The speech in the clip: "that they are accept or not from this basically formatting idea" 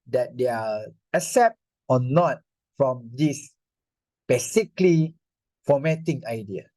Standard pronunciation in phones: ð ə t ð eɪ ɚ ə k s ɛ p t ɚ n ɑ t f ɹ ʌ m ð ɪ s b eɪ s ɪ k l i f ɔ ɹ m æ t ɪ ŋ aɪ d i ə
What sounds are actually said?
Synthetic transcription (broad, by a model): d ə t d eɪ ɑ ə s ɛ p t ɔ n ɑ t f ɹ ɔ m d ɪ s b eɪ s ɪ k l i f ɔ m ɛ t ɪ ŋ aɪ d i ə